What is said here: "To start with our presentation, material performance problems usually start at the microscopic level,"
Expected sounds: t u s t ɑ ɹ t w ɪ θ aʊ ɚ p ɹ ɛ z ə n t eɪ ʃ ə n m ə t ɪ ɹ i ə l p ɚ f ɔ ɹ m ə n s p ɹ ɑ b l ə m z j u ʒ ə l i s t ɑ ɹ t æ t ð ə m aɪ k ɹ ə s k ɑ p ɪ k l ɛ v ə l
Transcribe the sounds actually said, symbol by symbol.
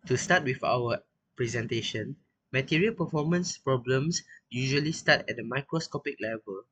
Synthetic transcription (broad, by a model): t u s t ɑ t w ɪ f aʊ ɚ p ɹ ɛ z ə n t eɪ ʃ ə n m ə t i ɹ i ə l p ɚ f ɔ m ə n s p ɹ ɑ b l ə m s j u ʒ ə l i s t ɑ t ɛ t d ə m aɪ k ɹ ə s k ɑ p ɪ k l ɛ v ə l